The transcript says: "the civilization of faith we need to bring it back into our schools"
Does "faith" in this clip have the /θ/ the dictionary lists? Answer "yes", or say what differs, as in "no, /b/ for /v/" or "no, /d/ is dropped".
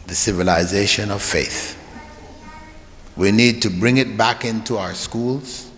yes